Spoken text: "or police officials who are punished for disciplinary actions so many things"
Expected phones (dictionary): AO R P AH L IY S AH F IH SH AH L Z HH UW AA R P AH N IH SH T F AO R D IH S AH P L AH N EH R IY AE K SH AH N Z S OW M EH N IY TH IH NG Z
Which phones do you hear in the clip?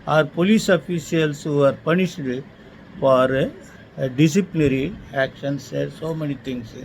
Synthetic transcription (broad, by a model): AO R P AH L IY S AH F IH S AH L S HH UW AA R P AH N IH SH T F AO R D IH S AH P L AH N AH R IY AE K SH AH N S S OW M EH N IY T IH NG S